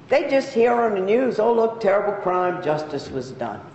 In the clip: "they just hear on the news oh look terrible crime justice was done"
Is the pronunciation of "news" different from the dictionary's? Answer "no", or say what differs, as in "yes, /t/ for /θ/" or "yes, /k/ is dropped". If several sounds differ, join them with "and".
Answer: no